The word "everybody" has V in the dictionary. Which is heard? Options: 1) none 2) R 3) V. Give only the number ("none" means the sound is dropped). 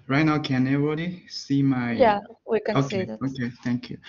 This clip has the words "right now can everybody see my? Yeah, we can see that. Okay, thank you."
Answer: 1